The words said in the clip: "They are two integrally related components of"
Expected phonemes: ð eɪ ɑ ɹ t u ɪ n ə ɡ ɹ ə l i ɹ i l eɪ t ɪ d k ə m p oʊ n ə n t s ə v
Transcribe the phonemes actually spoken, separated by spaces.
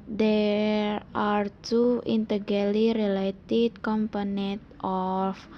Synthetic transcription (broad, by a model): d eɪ ɑ ɹ t u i n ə ɡ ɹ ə l i ɹ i l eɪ t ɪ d k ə m p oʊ n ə n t ə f